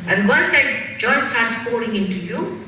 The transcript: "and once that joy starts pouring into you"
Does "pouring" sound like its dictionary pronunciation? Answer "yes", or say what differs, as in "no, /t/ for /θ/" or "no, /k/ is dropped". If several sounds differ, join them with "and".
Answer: no, /f/ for /p/